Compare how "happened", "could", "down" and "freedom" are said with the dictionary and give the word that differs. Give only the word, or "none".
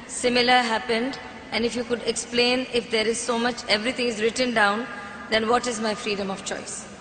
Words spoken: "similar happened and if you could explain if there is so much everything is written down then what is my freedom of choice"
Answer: none